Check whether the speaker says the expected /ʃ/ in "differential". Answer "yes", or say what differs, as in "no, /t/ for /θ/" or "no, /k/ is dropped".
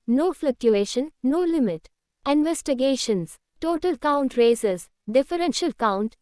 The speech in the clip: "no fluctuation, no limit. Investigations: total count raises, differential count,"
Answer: yes